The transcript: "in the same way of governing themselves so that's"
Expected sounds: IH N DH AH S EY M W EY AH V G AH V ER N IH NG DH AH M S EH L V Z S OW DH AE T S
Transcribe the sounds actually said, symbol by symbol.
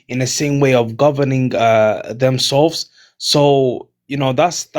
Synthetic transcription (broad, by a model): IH N DH AH S EY M W EY AH V G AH V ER N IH NG DH AH M S EH L V Z S OW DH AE T S